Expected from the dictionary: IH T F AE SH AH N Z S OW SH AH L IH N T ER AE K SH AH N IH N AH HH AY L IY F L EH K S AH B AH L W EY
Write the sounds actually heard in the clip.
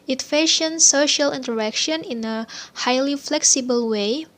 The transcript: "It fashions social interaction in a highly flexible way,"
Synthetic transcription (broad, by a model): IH T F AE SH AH N S OW SH AH L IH N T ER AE K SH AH N IH N AH HH AY L IY F L EH K S AH B AH L W EY